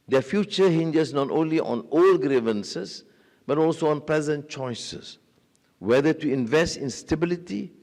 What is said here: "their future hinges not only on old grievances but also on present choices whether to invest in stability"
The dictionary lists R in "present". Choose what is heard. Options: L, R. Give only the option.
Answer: L